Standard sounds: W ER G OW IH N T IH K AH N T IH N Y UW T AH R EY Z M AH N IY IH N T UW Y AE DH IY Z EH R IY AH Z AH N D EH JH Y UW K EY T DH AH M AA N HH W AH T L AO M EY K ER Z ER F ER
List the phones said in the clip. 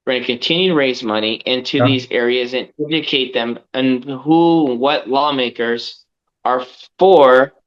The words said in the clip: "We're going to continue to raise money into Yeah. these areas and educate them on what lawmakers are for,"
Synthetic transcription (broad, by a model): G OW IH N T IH K AH N T IH N Y UW T AH R EY Z M AH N IY IH N T UW DH IY Z EH R IY AH Z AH N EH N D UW K EY T DH AH M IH N HH W AH T L AO M EY K ER Z ER F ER